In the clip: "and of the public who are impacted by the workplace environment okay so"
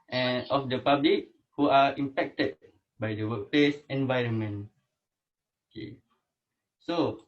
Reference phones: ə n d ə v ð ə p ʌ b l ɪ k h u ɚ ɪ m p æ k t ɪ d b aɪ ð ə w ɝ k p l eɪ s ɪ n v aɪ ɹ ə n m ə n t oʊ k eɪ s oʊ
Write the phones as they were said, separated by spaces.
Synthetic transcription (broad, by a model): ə n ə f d ə p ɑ b l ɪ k h u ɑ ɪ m p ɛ k t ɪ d b aɪ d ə w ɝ k p l eɪ s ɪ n v aɪ ɹ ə n m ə n oʊ k eɪ s oʊ